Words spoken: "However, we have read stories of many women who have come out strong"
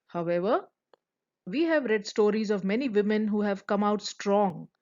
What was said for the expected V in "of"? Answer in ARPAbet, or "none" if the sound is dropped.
V